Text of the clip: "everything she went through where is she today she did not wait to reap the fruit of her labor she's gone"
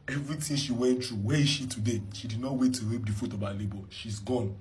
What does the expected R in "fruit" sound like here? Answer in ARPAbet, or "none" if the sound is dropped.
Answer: none